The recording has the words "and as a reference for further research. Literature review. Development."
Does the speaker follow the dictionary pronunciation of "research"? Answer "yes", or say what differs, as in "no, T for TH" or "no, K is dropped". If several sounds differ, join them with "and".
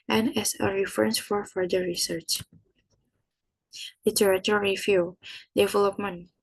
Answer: yes